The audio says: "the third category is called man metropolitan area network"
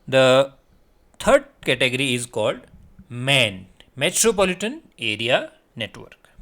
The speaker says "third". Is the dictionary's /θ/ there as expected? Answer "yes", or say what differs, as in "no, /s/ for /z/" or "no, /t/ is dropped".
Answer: no, /t/ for /θ/